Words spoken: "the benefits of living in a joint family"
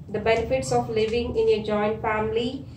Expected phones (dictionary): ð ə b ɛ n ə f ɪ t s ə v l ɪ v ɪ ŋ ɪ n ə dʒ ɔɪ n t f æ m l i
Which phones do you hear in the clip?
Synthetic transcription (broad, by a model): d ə b ɛ n ə f ɪ t s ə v l ɪ v ɪ ŋ ɪ n ə dʒ ɔɪ n t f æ m l i